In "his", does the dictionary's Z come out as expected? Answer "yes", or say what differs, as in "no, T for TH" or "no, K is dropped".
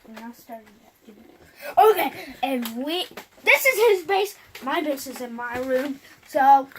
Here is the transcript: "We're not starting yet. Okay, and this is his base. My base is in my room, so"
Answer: yes